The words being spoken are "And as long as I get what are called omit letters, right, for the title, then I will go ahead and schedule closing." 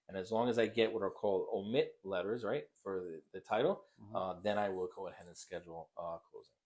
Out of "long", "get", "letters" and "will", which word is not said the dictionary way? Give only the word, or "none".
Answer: none